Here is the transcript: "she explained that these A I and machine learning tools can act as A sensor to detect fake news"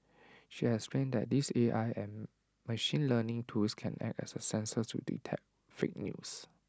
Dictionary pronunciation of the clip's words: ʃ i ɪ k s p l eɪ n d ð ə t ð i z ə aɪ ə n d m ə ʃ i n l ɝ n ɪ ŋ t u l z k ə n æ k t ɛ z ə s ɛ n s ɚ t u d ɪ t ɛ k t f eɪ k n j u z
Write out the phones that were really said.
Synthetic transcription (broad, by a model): ʃ i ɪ s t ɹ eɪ n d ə t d i s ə aɪ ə n m ə ʃ i n l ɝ n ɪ ŋ t u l s k ə n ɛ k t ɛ s ə s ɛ n s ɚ t u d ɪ t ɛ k f eɪ k n j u s